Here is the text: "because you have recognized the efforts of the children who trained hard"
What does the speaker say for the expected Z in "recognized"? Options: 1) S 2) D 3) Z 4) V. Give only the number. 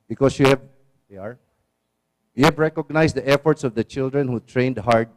1